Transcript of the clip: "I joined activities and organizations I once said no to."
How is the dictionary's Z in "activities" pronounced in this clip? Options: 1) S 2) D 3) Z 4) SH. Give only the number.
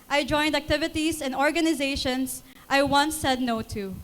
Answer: 1